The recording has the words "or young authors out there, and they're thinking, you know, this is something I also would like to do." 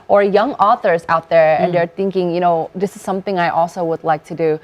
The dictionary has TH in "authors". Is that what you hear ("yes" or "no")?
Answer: yes